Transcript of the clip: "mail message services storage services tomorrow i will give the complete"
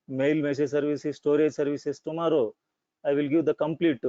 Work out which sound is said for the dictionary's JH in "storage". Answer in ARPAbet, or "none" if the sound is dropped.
JH